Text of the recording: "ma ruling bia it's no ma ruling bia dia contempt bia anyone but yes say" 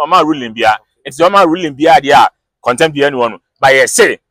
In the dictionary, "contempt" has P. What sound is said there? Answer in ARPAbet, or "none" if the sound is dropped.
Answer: none